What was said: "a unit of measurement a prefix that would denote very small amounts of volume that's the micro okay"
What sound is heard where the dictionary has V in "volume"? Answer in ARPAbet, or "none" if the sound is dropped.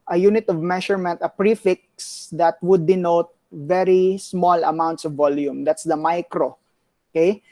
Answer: V